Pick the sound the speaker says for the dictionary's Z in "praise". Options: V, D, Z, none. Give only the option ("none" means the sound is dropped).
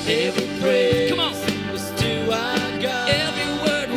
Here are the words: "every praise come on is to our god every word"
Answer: none